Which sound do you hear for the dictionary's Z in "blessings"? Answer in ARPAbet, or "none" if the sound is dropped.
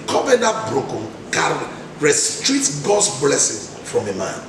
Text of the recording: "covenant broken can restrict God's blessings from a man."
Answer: none